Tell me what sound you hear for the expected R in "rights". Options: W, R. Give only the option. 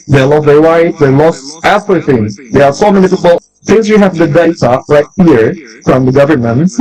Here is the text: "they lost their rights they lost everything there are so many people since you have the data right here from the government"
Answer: W